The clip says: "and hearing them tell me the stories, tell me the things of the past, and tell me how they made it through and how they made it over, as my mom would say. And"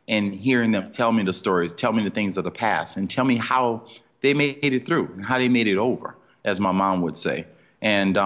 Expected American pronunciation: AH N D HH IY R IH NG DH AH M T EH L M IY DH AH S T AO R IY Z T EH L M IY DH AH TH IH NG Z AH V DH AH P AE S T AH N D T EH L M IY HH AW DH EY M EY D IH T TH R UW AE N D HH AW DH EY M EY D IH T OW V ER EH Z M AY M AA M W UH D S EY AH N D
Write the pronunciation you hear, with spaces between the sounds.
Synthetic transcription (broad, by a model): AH N HH IY R IH NG DH AH M T EH L M IY DH AH S T AO R IY Z T EH L M IY DH AH TH IH NG Z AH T DH AH P AE S AH N T EH L M IY HH AW DH EY M EY D IH T TH R UW N HH AW DH EY M EY D IH T OW V ER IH Z M AY M AA M W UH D S EY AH N